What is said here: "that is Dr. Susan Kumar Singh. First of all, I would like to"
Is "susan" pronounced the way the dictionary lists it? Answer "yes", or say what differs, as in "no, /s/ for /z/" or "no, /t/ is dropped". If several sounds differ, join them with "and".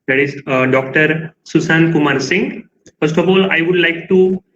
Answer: no, /s/ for /z/